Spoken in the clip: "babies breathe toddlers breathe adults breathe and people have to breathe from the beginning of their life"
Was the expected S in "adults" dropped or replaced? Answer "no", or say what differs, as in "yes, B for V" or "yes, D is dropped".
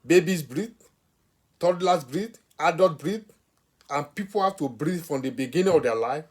yes, S is dropped